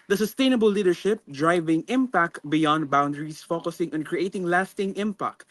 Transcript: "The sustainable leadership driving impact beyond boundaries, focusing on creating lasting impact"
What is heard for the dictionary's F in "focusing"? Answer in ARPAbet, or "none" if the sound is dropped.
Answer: F